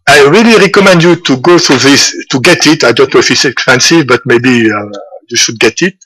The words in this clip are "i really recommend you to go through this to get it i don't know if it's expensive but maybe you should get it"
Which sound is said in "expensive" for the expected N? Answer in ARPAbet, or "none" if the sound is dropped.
N